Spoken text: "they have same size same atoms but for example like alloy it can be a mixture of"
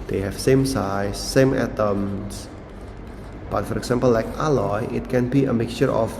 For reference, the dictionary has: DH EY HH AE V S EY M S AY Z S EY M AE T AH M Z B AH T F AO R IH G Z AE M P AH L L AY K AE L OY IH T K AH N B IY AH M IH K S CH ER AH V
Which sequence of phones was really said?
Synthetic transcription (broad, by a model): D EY HH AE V S EY M S AY S EY M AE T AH M S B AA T F AO R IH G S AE M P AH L L AY K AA L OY IH T K AH N B IY AH M IH K S CH ER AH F